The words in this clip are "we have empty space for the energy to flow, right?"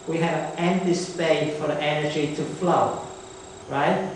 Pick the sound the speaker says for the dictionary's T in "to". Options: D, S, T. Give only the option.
T